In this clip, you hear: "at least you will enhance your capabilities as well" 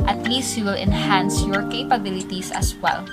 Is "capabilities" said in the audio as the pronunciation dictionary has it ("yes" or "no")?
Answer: no